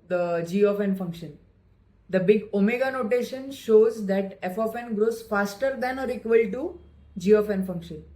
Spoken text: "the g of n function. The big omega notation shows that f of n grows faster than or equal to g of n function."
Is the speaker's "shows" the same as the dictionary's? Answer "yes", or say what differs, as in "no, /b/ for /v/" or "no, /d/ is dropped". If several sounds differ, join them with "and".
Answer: yes